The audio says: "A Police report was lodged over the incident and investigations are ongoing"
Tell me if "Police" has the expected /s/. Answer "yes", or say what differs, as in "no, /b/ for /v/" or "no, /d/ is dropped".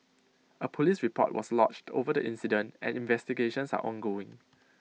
yes